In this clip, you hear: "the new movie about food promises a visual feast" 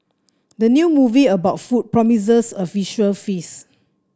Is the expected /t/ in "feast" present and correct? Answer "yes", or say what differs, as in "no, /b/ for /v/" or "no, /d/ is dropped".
no, /t/ is dropped